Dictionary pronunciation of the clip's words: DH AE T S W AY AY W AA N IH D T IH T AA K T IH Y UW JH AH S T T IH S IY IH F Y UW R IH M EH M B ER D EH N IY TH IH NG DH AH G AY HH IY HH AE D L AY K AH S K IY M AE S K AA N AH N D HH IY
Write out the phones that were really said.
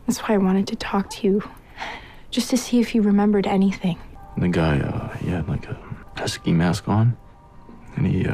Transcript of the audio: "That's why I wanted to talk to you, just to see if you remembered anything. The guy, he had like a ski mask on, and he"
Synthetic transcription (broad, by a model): DH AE T S W AY AY W AA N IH D T IH T AA K T IH Y UW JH AH S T T IH S IY IH F Y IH R IH M EH M B ER D EH N IY TH IH NG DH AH G AY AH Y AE L AY K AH S K IY M AE S K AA N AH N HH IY